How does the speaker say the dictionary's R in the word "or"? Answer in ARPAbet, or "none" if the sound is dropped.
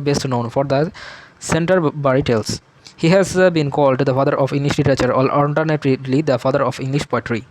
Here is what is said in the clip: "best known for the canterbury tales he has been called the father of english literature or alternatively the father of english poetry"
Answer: L